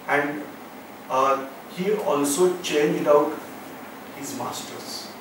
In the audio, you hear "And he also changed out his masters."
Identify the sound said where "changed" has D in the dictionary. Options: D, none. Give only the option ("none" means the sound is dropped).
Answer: D